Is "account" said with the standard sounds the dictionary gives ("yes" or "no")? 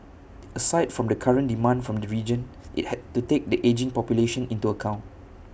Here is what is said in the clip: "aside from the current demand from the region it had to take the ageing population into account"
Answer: yes